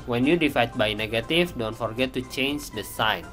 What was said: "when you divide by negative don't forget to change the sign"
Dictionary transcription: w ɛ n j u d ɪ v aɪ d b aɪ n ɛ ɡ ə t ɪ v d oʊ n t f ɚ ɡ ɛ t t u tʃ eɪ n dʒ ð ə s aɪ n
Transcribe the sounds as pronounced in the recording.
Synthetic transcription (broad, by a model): w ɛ n j u d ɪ f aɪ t b aɪ n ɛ ɡ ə t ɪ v d oʊ n t f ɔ ɡ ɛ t t u tʃ eɪ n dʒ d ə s aɪ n